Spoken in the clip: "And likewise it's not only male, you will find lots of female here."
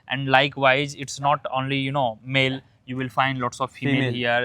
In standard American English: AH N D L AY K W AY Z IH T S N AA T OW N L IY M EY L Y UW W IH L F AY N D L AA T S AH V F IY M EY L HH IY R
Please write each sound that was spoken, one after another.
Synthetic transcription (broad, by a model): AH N D L AY K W AY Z IH T S N AA T OW N L IY M EY L Y UW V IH L F AY N D L AA T S AH V F IY M EY L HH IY R